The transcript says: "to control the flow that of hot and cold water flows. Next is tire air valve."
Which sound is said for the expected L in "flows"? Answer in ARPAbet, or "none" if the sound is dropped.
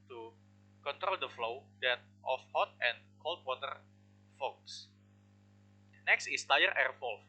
none